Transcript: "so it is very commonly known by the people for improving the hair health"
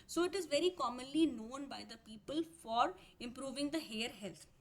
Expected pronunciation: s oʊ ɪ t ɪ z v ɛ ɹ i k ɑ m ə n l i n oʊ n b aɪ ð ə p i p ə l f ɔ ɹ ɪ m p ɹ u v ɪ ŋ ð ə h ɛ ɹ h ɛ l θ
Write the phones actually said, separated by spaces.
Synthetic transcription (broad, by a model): s oʊ ɪ t ɪ z v ɛ ɹ i k ɑ m ə n l i n oʊ n b aɪ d ə p i p ə l f ɔ ɹ ɪ m p ɹ u v ɪ ŋ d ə h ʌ ɹ h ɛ l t